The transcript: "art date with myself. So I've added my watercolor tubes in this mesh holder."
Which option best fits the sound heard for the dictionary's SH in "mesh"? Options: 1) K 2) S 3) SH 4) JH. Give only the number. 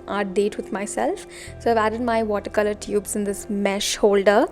3